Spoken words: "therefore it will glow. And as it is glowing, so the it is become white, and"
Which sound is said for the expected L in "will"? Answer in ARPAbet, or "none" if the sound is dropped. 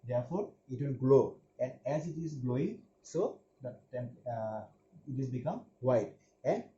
N